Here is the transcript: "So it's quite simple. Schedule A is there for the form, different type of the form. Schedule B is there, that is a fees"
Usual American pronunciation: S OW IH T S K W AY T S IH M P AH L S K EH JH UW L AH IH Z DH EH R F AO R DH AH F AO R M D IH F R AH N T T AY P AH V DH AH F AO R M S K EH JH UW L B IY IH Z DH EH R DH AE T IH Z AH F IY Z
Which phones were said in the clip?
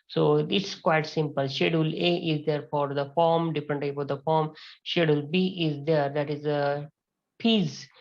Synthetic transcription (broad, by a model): S OW IH T S K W AY T S IH M P AH L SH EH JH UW L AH IH Z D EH R F AO R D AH F AO R M D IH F R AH N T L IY F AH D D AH F AO R M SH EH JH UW L B IY IH Z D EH R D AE T IH Z AH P IY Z